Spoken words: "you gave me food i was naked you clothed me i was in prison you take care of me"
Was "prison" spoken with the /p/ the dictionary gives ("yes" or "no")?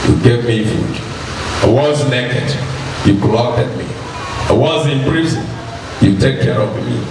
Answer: no